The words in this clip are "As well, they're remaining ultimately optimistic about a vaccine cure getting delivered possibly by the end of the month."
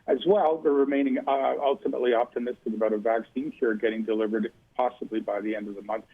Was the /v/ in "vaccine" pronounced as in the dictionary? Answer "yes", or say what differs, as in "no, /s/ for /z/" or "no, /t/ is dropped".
yes